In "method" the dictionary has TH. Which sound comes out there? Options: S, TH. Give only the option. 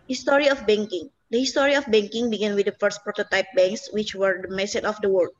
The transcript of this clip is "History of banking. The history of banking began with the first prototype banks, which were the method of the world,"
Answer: S